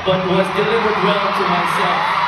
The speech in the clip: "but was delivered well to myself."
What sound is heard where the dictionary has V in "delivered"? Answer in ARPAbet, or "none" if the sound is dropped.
W